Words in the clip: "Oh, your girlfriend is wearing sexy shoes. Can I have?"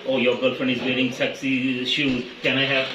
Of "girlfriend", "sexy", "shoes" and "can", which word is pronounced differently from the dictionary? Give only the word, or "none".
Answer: girlfriend